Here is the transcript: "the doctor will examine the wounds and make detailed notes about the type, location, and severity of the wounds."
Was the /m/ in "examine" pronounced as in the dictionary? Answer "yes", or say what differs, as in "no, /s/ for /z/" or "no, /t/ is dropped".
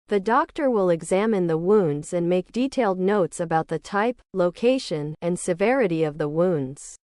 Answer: yes